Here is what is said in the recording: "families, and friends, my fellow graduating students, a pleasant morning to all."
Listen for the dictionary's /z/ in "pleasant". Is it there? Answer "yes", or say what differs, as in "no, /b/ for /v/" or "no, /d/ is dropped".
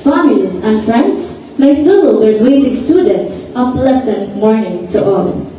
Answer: no, /s/ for /z/